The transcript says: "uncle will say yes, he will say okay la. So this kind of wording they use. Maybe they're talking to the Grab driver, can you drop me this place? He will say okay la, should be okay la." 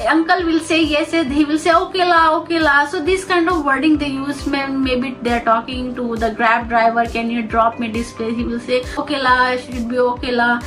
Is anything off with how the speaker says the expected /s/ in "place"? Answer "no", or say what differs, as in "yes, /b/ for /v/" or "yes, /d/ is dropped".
yes, /s/ is dropped